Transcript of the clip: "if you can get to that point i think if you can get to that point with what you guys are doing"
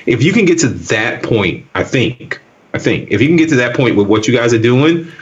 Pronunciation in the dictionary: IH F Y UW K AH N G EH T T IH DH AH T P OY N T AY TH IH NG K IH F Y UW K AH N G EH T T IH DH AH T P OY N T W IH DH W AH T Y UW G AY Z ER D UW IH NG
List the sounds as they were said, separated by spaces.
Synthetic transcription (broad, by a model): IH F Y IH K AH N G EH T T IH DH AH T P OY N T AY TH IH NG K IH F Y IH K AH N G EH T T IH DH AH T P OY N T W IH DH W AH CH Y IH G AY Z ER D UW IH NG